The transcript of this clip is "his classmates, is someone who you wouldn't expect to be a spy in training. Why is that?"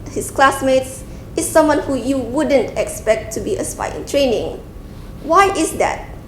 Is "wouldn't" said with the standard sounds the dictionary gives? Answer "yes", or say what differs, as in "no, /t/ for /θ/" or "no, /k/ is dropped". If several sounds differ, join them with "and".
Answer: yes